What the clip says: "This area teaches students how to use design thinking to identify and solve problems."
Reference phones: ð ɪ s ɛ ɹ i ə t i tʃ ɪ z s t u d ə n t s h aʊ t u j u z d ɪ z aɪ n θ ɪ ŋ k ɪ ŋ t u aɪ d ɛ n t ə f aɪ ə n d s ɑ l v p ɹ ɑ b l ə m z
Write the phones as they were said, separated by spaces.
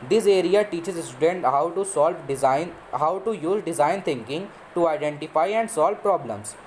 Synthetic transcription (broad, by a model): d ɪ s ɛ ɹ i ə t i tʃ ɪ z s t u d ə n t s h aʊ t u j u z d ɪ z aɪ n t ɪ ŋ k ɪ ŋ t u aɪ d ɛ n t ə f aɪ ə n d s ɑ l v p ɹ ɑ b l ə m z